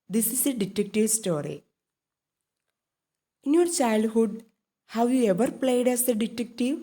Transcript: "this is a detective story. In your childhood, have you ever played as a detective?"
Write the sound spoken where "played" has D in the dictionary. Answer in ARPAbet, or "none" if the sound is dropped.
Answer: D